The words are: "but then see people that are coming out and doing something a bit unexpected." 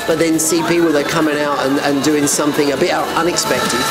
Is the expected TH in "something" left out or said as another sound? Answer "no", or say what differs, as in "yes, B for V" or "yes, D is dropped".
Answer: no